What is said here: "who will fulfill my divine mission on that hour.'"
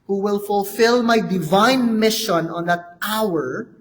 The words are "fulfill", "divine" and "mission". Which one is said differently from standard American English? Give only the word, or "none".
none